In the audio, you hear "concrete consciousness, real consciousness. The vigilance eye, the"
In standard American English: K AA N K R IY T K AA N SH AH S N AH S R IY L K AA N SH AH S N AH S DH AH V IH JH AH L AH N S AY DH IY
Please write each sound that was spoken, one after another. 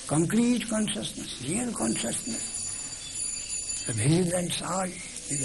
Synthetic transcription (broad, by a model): K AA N K R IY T K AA N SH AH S N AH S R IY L K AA N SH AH S N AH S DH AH P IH Z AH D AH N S AY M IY